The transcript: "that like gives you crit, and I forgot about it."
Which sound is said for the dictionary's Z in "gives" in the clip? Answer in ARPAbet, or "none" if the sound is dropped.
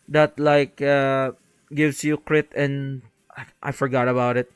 S